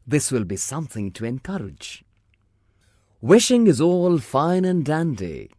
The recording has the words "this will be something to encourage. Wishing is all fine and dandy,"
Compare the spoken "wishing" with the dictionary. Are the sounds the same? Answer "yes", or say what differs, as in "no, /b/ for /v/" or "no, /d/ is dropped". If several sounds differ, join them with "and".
yes